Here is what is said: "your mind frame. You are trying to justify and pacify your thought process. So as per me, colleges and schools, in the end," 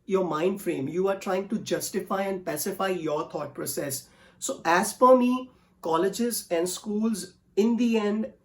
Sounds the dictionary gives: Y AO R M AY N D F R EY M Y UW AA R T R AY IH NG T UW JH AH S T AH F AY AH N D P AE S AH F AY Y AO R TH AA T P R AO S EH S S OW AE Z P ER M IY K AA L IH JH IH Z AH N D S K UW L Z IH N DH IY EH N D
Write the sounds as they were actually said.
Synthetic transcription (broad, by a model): Y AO R M AY N D F R EY M Y UW AA R T R AY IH NG T UW JH AH S T AH F AY AH N D P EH S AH F AY Y AO R T AA T P R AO S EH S S OW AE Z F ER M IY K AA L IH JH IH Z AH N D S K UW L Z IH N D IY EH N D